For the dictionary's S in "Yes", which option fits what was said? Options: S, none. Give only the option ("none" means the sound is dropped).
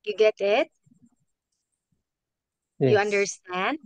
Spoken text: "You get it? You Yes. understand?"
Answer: none